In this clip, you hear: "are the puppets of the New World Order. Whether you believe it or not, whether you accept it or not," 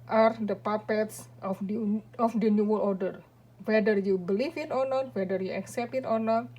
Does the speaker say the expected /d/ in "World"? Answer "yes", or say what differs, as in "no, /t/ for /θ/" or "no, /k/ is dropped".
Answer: no, /d/ is dropped